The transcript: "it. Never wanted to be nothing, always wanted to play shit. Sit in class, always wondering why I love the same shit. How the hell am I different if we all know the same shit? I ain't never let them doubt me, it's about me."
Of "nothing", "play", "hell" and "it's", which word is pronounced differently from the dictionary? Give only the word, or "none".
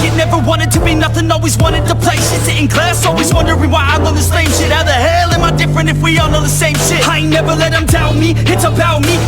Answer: none